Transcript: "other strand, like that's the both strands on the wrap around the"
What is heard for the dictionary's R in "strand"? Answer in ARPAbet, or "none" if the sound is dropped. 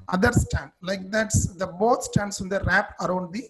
none